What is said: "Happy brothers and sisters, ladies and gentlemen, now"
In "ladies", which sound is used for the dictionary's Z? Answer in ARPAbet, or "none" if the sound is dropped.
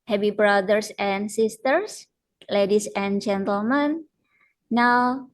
S